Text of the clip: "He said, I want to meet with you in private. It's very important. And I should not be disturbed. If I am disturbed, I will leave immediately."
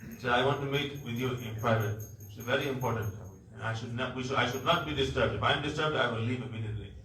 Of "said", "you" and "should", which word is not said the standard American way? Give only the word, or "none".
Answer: said